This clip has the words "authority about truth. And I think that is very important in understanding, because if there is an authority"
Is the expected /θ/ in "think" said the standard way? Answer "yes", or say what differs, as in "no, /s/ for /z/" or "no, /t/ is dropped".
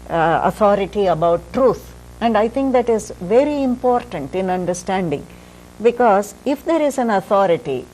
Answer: no, /t/ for /θ/